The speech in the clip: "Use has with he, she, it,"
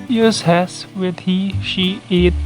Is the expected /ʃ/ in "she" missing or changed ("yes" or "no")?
no